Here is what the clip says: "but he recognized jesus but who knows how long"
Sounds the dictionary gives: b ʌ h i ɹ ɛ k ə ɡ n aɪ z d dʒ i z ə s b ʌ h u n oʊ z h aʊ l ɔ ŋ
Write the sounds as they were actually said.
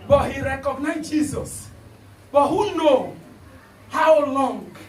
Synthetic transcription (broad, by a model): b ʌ h i ɹ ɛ k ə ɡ n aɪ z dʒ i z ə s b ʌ h u n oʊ h aʊ l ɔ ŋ